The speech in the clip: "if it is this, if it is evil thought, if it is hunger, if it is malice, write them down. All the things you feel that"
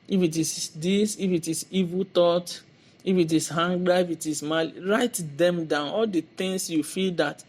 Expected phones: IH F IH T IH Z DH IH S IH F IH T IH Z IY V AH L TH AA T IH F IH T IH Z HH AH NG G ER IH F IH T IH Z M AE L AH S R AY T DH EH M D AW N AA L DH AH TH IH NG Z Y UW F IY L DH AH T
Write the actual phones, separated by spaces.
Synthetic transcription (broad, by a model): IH F IH T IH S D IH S IH F IH T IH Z IY V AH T AA T IH F IH T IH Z HH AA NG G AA IH F IH T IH S M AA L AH R AY T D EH M D AW N AA L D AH T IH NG S Y UW F IY L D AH T